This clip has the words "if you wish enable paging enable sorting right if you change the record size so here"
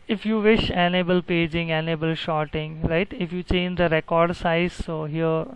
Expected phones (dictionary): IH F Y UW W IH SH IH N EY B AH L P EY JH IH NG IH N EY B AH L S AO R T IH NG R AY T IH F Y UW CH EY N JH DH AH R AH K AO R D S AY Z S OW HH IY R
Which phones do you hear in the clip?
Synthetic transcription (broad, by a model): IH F Y UW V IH SH IH N EY B AH L P EY JH IH NG IH N EY B AH L SH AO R T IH NG R AY T IH F Y UW CH EY N JH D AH R AH K AO R D S AY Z S OW HH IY R